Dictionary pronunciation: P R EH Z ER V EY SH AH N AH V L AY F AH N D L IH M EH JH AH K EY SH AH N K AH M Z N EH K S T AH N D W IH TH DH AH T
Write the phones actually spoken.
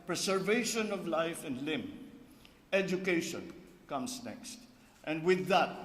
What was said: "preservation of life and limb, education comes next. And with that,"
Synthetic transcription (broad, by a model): P R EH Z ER V EY SH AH N AH V L AY F AH N D L IH M EH JH AH K EY SH AH N K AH M S N EH K S T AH N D W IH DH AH T